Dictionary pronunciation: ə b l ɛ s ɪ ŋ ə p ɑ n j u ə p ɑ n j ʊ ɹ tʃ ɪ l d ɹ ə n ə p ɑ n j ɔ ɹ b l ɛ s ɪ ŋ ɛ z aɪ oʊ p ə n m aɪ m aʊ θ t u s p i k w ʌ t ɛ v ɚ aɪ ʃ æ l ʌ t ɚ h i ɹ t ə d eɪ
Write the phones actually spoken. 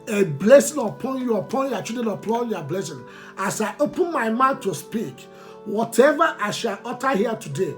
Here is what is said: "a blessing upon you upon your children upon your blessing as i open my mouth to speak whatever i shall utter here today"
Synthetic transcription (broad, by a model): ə b l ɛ s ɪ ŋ ə p ɑ n j u ə p ɑ n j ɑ tʃ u d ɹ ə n ə p ɑ n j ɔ b l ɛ s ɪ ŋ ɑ s aɪ oʊ p ə n m aɪ m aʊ t u s p i k w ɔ t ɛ v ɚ aɪ ʃ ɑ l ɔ t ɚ h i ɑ t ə d eɪ